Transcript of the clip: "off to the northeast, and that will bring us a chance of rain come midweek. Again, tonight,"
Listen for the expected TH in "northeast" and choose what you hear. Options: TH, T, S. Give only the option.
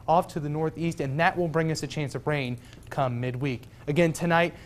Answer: TH